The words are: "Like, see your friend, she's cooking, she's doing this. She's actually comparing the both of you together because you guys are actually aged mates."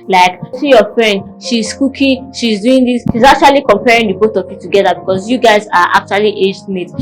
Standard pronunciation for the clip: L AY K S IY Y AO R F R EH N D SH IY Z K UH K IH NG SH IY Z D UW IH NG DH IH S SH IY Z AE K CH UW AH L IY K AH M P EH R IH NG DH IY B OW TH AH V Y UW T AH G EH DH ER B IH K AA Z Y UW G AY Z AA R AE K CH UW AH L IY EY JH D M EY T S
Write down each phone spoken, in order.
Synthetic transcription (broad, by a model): L AY K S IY Y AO F R EH N D SH IY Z K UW K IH SH IY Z D UW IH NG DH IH S SH IY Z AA K CH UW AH L IY K AH M P EH R IH NG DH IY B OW T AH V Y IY T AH G EH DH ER B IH K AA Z Y UW G AY Z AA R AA K CH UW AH L IY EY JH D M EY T